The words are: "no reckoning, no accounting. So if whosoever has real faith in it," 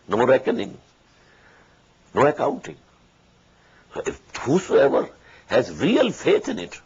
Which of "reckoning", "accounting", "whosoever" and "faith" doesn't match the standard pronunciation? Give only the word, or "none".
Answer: faith